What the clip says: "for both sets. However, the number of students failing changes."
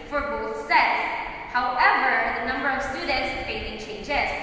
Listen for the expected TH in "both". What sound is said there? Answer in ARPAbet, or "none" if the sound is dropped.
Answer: TH